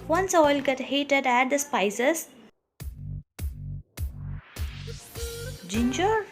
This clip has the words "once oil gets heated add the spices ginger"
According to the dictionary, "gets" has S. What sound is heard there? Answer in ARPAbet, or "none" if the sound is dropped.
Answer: none